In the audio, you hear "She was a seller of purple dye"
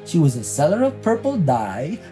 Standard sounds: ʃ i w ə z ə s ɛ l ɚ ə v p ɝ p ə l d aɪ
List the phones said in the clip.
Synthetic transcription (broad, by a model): ʃ i w ə z ə s ɛ l ɚ ə v p ɝ p l d aɪ